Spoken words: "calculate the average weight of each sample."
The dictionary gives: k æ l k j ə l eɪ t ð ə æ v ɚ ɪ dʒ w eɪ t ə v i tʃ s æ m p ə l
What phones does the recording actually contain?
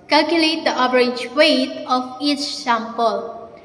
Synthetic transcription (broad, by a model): k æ l k j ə l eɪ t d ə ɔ b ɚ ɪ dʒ w eɪ t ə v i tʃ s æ m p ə l